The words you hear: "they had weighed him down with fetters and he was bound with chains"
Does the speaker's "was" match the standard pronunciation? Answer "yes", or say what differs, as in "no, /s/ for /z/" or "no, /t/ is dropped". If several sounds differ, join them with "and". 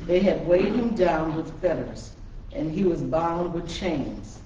yes